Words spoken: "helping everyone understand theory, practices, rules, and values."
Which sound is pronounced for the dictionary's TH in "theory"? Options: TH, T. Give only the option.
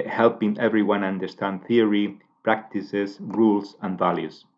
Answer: TH